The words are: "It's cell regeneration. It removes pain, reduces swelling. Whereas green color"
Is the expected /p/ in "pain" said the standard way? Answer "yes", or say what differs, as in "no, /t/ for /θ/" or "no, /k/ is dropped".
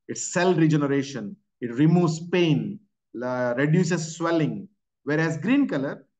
yes